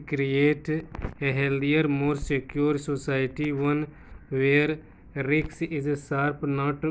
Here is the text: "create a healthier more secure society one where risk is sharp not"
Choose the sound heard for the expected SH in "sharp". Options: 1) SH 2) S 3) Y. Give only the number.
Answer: 2